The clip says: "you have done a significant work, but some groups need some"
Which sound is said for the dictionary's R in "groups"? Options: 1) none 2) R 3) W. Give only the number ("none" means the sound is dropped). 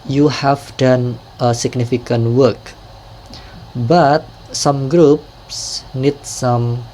2